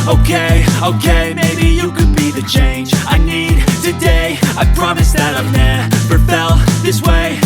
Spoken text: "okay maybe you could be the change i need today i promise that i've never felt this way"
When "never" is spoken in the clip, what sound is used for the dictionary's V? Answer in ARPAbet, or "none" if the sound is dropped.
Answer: P